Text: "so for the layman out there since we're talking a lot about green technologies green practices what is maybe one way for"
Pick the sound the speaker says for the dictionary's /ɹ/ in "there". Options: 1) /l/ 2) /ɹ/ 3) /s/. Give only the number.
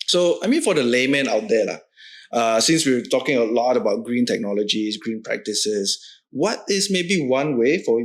1